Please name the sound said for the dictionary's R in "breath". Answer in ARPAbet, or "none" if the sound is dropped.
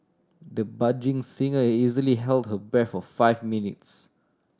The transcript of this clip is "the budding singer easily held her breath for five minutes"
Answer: none